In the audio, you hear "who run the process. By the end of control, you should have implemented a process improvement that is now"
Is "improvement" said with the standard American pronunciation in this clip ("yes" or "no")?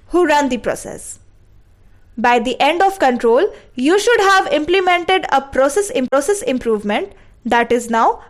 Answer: yes